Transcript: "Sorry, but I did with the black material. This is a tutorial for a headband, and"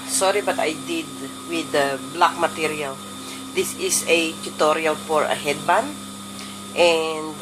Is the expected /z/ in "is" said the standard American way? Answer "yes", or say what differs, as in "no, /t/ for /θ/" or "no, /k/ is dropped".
no, /s/ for /z/